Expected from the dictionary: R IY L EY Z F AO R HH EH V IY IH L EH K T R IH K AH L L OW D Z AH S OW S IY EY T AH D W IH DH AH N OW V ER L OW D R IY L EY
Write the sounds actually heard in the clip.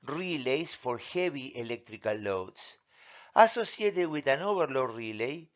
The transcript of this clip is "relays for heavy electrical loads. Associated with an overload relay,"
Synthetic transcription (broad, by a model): R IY L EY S F AO R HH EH B IY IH L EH K T R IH K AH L L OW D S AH S OW S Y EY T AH W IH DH AH N OW B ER L OW R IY L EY